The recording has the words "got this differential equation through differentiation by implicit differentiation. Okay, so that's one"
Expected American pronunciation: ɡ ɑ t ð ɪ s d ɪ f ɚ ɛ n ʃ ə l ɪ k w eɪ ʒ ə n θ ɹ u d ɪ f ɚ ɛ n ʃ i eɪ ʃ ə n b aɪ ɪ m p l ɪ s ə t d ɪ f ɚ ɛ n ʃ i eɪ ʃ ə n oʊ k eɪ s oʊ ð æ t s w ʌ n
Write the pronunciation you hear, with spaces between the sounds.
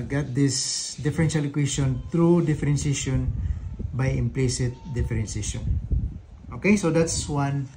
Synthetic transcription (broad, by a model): ɡ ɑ t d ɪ s d ɪ f ɚ ɛ n ʃ ə l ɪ k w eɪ s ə n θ ɹ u d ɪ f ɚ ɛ n s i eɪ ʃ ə n b aɪ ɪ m p l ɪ s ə t d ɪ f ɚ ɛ n s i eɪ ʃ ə n oʊ k eɪ s oʊ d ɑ t s w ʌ n